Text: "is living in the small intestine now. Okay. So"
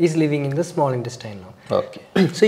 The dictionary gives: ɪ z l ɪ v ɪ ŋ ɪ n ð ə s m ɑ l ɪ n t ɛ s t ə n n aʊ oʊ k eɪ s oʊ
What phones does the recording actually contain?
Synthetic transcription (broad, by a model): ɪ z l ɪ v ɪ ŋ ɪ n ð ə s m ɑ l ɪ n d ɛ s t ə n l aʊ oʊ k eɪ s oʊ